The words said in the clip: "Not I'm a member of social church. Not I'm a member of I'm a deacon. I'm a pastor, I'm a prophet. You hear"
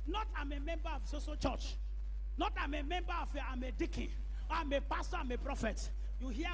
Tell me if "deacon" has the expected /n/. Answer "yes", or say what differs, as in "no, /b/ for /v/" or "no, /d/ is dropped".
no, /n/ is dropped